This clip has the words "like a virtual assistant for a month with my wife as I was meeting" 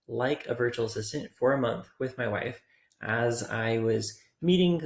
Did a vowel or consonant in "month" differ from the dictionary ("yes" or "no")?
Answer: no